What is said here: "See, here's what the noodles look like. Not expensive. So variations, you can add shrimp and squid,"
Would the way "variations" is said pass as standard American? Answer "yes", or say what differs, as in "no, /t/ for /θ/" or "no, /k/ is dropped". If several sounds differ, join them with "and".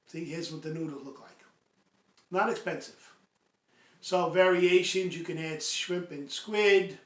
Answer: yes